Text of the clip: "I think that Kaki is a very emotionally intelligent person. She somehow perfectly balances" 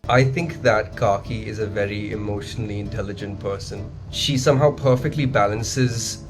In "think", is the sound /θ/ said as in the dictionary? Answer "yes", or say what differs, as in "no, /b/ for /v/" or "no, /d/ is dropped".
yes